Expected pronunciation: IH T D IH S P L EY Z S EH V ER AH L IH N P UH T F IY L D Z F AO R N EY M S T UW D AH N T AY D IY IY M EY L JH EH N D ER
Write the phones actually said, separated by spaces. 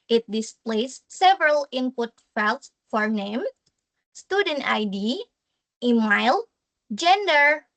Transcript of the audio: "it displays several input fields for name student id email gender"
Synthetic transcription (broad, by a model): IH T D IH S P L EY S EH V ER AH L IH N P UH T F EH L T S F AO R N EY M S T UW D AH N T AY D IY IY M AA L JH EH N D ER